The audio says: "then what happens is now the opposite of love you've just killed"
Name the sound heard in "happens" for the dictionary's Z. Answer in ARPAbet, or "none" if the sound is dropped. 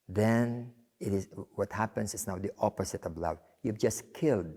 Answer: S